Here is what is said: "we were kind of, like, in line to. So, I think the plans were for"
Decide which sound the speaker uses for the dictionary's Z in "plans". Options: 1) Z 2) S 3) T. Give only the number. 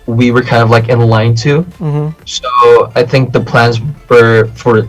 1